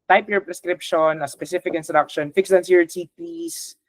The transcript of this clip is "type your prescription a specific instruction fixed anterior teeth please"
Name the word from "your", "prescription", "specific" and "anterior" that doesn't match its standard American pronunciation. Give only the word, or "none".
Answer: anterior